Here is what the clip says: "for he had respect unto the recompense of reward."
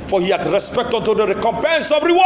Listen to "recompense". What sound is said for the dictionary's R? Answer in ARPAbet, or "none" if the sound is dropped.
R